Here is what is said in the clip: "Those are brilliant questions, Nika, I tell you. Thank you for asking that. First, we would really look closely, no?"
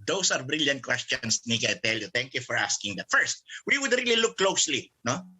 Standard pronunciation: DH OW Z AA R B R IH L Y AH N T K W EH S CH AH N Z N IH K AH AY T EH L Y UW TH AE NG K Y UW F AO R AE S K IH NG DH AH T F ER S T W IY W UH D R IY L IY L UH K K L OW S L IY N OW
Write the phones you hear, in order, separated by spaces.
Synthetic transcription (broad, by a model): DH OW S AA R B R IH L Y AH N T K W EH S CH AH N S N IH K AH AY T EH L Y UW T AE NG K Y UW F AO R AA S K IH NG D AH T F ER S T W IY W UH D R IY L IY L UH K K L OW S L IY N OW